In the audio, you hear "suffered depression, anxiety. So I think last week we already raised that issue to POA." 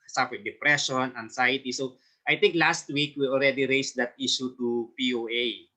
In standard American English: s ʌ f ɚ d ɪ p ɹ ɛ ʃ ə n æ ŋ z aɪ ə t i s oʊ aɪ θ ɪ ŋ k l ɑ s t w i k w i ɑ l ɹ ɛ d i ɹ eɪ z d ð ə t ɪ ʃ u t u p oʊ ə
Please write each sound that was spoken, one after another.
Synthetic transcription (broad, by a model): s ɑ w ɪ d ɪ p ɹ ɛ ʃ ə n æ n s aɪ t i s oʊ aɪ t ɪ ŋ k l ɑ s t w i k w i ɑ l ɹ ɛ d i ɹ eɪ s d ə t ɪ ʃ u t u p oʊ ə